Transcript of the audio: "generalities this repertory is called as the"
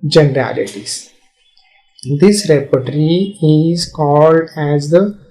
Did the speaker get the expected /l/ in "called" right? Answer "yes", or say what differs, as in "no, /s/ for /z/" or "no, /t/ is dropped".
yes